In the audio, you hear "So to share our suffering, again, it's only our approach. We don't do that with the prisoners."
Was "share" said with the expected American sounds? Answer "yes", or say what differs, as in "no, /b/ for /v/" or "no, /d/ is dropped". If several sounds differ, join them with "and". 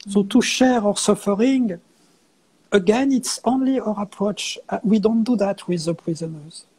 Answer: yes